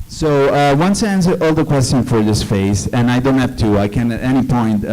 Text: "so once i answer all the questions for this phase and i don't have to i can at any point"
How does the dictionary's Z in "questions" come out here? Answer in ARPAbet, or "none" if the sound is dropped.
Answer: none